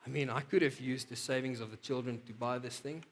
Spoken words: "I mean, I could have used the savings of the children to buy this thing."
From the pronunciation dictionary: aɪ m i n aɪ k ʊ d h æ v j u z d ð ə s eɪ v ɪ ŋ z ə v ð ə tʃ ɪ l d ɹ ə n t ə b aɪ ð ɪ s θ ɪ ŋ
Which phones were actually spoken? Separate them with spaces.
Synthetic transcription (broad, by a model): aɪ m i n aɪ k ʊ d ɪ v j u z d ð ə s eɪ v ɪ ŋ z ə v ð ə tʃ ɪ l d ɹ ə n t ə b aɪ ð ɪ s θ ɪ ŋ